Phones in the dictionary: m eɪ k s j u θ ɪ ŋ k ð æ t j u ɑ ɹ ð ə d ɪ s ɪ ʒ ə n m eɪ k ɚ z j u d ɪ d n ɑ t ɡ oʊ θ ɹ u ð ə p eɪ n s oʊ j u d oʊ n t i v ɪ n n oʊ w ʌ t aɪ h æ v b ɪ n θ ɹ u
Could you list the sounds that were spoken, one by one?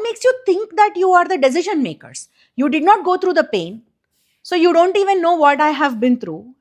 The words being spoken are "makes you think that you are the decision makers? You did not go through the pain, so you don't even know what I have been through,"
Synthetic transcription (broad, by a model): m eɪ k s j u t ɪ ŋ k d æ t j u ɑ ɹ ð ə d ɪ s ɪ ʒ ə n m eɪ k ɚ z j u d ɪ d n ɑ t ɡ oʊ t ɹ u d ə p eɪ n s oʊ j u d oʊ n t i v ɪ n n oʊ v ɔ t aɪ h æ v b ɪ n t ɹ u